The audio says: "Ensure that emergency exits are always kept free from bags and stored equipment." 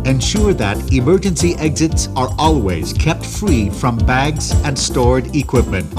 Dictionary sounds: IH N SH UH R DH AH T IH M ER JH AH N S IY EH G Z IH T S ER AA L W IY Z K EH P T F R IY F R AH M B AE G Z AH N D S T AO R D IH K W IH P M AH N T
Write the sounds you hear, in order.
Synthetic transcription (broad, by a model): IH N SH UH R DH AH T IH M ER JH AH N S IY EH G Z IH T S ER AA L W IY Z K EH P T F R IY F R AH M B AE G Z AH N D S T AO R D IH K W IH P M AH N T